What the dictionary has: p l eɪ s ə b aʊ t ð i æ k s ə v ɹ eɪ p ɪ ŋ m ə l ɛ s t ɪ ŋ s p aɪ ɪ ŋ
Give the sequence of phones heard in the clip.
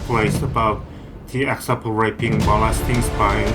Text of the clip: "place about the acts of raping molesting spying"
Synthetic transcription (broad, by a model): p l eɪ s ə b aʊ t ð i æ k s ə p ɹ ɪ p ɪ ŋ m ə l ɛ s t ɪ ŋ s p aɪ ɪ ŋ